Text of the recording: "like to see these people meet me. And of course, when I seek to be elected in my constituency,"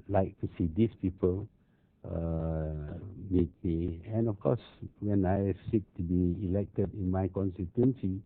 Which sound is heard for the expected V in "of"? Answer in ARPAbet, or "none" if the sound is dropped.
F